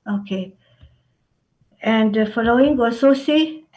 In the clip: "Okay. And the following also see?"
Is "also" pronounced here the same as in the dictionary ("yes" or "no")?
no